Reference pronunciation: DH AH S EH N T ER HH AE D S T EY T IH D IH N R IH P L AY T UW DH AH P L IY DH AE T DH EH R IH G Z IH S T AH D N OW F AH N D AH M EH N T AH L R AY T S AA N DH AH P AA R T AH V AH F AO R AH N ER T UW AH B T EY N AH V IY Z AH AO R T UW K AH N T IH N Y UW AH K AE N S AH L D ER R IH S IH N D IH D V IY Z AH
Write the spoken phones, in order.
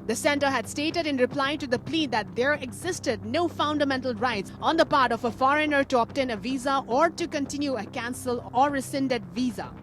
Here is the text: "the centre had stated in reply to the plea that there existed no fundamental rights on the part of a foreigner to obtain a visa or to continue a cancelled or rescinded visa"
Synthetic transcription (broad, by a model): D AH S EH N T ER HH AE D S T EY T IH D IH N R IH P L AY T UW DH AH P L IY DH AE T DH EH R IH G Z IH S T AH D N OW F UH N D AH M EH N T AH L R AY T S AA N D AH P AA R T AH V AH F AO R AH N ER T UW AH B T EY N AH V IY Z AH AO R T UW K AH N T IH N Y UW AH K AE N S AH L ER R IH S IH N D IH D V IY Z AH